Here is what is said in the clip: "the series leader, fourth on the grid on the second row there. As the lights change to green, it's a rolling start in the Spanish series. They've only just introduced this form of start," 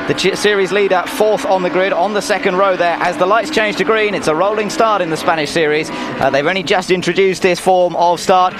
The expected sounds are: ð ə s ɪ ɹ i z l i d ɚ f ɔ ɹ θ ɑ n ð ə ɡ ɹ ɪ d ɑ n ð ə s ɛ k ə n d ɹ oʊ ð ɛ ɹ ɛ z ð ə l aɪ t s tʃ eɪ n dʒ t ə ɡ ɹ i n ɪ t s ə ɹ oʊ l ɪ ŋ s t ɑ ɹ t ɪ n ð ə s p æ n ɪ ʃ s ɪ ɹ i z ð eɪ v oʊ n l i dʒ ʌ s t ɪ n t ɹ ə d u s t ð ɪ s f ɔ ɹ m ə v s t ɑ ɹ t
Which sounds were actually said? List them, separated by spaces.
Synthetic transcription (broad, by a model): ð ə s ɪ ɹ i z l i d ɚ f ɔ θ n ð ə ɡ ɹ ɪ d n ð ə s ɛ k ə n d ɹ oʊ ð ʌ ɹ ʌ z ð ə l aɪ t s tʃ eɪ n dʒ t ə ɡ ɹ i n ɪ t s ə ɹ oʊ l ɪ ŋ s t ɑ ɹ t ɪ n ð ə s p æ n ɪ ʃ s ɪ ɹ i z ð eɪ v oʊ n l i dʒ ʌ s t ɪ n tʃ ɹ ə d u s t ð ɪ s f ɔ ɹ m ə v s t ɑ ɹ t